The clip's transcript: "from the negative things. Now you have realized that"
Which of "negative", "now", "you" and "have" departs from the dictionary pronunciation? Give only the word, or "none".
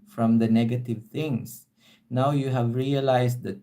none